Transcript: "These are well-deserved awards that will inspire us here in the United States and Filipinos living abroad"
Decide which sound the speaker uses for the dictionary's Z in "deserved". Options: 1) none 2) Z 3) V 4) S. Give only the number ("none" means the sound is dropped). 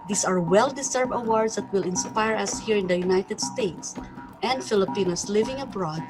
4